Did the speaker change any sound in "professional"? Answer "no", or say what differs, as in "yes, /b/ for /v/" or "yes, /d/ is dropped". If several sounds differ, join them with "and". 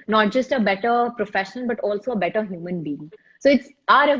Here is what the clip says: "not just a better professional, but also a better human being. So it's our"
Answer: yes, /n/ is dropped and /n/ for /l/